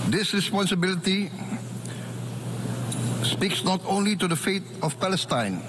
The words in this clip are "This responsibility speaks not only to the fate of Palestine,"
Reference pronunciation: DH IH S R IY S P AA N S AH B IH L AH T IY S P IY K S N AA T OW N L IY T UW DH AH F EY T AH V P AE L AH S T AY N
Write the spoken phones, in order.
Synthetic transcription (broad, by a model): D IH S R IY S P AA N S AH B IH L AH T IY S P IY K S N AA T OW N L IY T UW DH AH F EY T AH F P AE L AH S T AY N